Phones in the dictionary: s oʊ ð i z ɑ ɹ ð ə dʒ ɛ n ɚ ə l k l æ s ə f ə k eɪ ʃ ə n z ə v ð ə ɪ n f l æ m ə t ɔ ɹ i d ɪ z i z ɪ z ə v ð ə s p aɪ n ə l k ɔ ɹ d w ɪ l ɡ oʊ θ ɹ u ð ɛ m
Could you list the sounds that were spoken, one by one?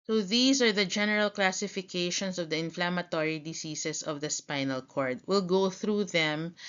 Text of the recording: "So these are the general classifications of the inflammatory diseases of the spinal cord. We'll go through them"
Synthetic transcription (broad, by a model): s oʊ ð i s ɑ ɹ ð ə dʒ ɛ n ɚ ə l k l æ s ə f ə k eɪ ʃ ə n s ə v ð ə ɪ n f l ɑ m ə t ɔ ɹ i d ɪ s i s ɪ s ə v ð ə s p aɪ n ə l k ɔ ɹ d w ɪ l ɡ oʊ θ ɹ u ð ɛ m